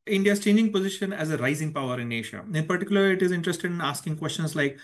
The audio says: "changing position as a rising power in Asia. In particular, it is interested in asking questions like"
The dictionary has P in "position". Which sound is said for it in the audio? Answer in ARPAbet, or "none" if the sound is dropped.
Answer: P